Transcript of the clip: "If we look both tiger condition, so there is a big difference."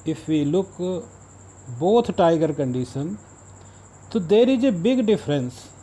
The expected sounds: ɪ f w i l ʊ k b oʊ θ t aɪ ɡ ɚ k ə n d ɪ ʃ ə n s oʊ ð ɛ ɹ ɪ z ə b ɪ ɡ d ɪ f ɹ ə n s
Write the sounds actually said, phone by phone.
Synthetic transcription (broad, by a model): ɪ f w i l ʊ k b oʊ t t aɪ ɡ ɚ k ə n d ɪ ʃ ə n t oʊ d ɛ ɹ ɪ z ə b ɪ ɡ d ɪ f ɹ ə n s